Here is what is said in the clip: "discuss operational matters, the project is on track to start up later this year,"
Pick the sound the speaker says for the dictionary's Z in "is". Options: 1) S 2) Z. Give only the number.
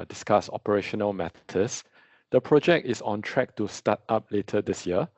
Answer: 1